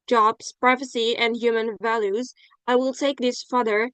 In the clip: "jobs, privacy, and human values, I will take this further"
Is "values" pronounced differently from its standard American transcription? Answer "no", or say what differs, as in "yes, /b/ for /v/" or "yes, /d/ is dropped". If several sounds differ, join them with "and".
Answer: no